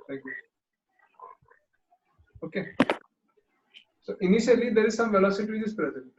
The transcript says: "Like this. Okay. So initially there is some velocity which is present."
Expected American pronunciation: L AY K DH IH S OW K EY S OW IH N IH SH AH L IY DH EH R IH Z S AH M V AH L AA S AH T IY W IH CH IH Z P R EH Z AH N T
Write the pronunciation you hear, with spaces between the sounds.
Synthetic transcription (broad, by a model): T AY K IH OW K EY S OW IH N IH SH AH L IY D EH R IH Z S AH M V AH L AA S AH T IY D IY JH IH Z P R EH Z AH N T